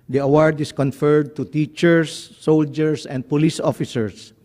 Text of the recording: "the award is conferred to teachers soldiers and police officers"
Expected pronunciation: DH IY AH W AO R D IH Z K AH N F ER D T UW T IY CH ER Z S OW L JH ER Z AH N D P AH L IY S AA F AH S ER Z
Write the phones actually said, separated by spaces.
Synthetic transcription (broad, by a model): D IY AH W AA R D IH S K AH N F ER D T UW T IY CH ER S OW L JH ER S AH N D P AH L IY S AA F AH S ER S